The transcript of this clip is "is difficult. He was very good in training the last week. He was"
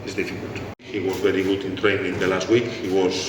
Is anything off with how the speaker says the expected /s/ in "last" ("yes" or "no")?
no